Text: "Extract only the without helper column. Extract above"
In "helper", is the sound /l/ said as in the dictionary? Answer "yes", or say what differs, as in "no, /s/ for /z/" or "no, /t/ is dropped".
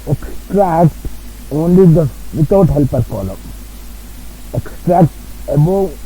yes